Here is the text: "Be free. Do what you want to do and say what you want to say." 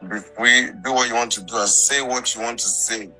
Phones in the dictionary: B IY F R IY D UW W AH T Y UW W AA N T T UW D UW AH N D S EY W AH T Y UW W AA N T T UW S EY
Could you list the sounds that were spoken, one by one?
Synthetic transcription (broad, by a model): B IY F IY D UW W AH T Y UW W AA N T T UW D UW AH S EY W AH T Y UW W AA N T T UW S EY